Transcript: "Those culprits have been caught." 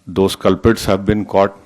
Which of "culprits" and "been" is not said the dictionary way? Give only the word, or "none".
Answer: culprits